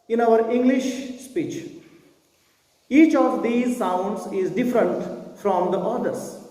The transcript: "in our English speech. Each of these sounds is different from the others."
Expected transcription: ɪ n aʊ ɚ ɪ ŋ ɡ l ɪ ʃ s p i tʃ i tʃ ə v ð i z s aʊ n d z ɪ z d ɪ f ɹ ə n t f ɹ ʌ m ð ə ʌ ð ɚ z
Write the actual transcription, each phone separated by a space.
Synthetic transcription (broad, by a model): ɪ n aʊ ɚ ɪ ŋ ɡ l ɪ ʃ s p i tʃ i tʃ ə v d i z s aʊ n d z ɪ z d ɪ f ɹ ə n t f ɹ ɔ m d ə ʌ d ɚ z